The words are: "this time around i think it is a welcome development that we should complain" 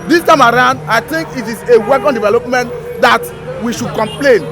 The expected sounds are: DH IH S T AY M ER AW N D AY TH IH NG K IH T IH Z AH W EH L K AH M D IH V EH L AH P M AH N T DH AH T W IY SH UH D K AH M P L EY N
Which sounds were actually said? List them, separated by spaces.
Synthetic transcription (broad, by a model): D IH S T AY M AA AW N D AY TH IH NG K IH T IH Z AH W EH K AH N D IH V EH L AH P M AH N T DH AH T W IY SH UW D K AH M P L EY N